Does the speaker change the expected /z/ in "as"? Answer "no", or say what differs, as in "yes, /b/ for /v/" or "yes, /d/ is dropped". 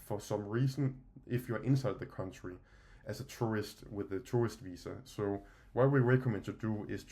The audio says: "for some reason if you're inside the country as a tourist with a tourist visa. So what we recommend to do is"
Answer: yes, /s/ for /z/